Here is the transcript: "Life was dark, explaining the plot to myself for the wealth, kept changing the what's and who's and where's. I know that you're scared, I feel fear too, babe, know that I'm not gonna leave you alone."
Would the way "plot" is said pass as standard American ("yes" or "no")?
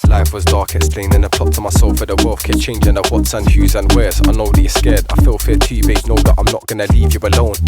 no